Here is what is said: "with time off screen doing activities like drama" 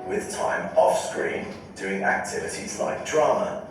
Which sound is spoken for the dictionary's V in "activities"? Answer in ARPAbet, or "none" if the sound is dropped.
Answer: V